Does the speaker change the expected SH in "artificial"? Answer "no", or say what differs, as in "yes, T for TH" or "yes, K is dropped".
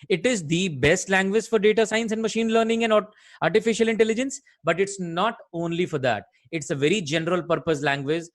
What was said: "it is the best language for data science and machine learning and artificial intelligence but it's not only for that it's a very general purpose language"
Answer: no